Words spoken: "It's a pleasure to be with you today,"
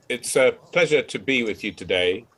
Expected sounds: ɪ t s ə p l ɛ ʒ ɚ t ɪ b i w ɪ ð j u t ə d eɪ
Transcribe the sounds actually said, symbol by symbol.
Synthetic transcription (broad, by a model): ɪ t s ə p l ɛ ʒ ɚ t ɪ b i w ɪ ð j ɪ t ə d eɪ